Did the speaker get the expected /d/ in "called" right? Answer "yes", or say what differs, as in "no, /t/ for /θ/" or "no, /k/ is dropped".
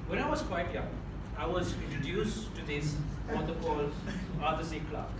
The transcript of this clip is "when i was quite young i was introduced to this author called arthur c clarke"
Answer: no, /d/ is dropped